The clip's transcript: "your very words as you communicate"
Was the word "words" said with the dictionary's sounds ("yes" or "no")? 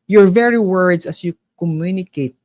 no